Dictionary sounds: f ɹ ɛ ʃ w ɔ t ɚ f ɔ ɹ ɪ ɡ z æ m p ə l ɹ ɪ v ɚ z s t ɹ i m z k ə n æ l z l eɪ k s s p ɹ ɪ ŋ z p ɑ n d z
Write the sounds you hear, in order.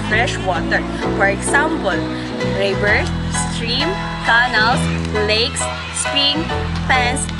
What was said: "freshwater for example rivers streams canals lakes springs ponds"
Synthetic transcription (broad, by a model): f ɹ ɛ ʃ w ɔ t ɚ f ɔ ɹ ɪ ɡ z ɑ m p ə l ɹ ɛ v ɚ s s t ɹ i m k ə n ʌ l s l eɪ k s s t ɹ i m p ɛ n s